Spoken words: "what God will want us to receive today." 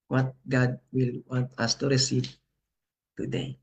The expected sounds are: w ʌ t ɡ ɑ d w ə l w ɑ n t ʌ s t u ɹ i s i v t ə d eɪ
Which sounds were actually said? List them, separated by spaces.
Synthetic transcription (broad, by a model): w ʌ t ɡ ɑ d w ə l w ɑ n t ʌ s t u ɹ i s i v t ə d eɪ